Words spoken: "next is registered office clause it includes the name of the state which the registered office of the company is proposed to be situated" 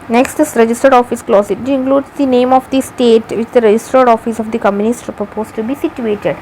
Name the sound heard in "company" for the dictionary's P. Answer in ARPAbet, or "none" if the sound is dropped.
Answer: none